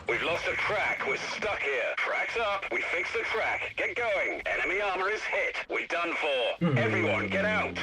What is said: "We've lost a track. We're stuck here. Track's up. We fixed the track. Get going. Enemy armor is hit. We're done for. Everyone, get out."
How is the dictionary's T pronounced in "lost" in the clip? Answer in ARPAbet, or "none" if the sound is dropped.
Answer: T